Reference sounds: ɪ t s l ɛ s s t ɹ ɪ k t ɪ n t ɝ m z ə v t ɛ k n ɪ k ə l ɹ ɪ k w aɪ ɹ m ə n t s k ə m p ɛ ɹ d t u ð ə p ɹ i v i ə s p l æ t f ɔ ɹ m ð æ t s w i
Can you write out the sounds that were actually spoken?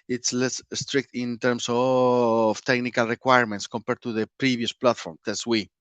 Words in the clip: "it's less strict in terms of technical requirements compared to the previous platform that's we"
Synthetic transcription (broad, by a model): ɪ t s l ɛ s s t ɹ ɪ k t ɪ n t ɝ m s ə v t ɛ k n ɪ k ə l ɹ ɪ k w aɪ ɹ m ə n t s k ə m p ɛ ɹ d t u ð ə p ɹ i b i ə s p l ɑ t f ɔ ɹ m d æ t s w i